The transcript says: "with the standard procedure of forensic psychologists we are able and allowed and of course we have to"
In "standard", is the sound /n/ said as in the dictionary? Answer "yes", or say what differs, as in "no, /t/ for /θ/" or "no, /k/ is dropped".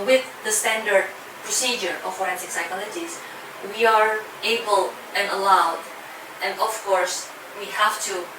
yes